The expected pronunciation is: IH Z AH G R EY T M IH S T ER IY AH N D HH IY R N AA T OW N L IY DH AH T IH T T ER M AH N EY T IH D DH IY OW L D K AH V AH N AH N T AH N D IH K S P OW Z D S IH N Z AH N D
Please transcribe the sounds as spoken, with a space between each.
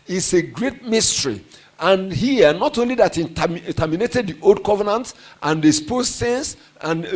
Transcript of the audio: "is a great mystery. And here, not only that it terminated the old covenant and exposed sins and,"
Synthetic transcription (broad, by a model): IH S AH G R EY T M IH S T ER IY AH N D HH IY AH N AA T OW N L IY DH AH T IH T T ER M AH N EY T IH D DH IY OW L D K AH V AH N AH N T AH N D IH S P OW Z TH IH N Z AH N